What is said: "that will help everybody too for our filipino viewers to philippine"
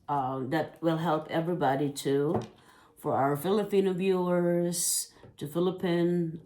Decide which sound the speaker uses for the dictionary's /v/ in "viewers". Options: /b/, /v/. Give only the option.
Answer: /b/